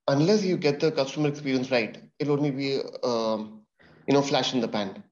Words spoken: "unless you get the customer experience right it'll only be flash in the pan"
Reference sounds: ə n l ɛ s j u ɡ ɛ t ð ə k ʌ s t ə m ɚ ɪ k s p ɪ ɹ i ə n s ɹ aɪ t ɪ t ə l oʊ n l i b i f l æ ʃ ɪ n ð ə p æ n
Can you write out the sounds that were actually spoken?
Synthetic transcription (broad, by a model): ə n l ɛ s j u ɡ ɛ t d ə k ʌ s t ə m ɚ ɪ k s p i ɹ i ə n s ɹ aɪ ɪ t ə l oʊ n l i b i f l æ ʃ ɪ n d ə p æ n